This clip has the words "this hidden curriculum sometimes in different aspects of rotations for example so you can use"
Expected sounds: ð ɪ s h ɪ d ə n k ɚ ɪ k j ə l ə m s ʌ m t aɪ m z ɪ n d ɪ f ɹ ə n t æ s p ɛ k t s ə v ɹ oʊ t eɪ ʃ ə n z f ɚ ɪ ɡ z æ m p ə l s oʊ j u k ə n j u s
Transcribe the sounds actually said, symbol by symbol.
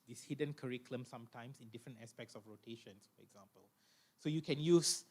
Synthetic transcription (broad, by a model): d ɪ s h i d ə n k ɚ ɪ k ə l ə m s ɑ m t aɪ m s ɪ n d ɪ f ɹ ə n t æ s p ɛ k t s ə f ɹ oʊ t eɪ ʃ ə n s f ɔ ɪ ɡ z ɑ m p ə l s oʊ j u k ə n j u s